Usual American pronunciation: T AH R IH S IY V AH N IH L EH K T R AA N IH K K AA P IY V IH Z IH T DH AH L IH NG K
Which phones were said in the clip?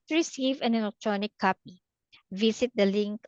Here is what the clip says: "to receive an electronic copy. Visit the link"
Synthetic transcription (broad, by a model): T R IH S IY V AH N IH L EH K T R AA N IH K K AA P IY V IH S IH T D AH L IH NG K